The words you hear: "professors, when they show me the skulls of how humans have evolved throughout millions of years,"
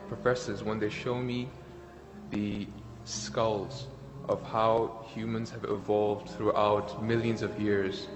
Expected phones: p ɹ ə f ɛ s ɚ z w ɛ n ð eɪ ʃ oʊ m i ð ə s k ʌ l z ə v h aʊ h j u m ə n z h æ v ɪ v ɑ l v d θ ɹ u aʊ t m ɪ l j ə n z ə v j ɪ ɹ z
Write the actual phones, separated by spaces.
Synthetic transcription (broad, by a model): p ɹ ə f ɛ s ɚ z w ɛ n ð eɪ ʃ oʊ m i ð ə s k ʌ l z ə v h aʊ h j u m ə n z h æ v ɪ v ɑ l v d θ ɹ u aʊ t m ɪ l j ə n z ə v j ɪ ɹ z